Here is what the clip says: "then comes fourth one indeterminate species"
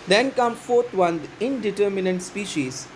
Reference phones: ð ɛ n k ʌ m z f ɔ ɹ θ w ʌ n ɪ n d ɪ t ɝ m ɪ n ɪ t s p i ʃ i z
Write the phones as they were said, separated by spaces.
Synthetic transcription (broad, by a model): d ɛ n k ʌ m f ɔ ɹ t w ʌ n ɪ n d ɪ t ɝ m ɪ n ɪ t s p i ʃ i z